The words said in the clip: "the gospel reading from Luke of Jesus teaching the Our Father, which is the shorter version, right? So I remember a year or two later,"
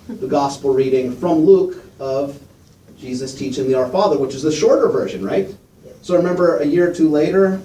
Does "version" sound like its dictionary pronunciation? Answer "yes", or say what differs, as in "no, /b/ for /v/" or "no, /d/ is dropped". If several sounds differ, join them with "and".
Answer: yes